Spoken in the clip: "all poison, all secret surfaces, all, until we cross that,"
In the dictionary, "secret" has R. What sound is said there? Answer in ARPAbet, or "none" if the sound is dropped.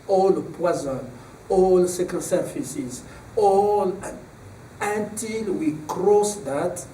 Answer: none